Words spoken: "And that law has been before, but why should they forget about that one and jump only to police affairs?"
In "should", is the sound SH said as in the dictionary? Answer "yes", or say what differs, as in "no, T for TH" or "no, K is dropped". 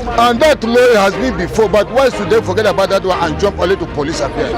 no, S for SH